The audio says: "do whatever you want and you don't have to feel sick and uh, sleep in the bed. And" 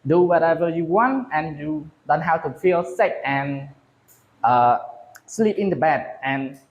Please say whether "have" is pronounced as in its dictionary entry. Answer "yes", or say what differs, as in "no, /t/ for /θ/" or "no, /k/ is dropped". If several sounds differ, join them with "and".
no, /w/ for /v/